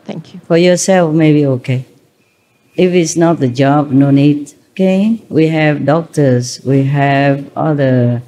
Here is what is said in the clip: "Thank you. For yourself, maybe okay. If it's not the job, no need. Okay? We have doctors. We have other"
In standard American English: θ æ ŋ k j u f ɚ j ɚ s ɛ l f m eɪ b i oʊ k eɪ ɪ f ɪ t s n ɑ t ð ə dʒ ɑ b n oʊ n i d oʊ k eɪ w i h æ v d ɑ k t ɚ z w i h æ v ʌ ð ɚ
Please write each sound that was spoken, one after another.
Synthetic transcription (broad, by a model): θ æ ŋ k j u f ɚ j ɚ s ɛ l f m eɪ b i oʊ k eɪ ɪ f ɪ t s n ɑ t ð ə dʒ ɑ b n oʊ n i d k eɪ w i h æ v d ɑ k t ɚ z w i h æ v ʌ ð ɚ